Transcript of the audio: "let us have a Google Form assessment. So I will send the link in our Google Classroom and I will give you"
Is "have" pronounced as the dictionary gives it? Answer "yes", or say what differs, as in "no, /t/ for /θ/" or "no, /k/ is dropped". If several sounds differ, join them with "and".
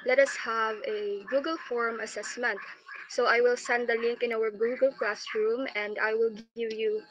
yes